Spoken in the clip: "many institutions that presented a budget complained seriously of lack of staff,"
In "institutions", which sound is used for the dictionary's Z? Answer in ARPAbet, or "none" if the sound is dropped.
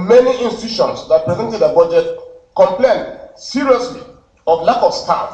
S